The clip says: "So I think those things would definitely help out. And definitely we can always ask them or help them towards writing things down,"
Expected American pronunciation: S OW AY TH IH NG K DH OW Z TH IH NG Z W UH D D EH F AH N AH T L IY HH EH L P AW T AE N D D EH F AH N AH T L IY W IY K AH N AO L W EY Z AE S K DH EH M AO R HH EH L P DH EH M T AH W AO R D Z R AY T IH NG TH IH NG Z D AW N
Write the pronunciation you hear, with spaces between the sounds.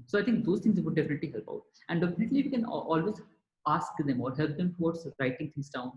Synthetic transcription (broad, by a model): S OW AY T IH NG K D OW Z T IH NG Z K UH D D EH F AH N AH T L IY HH EH L P AW T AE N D D EH F AH N AH T L IY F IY K AH N AO L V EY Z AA S K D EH M AO R HH EH L P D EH M T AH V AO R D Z R AY T IH NG T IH NG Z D AW N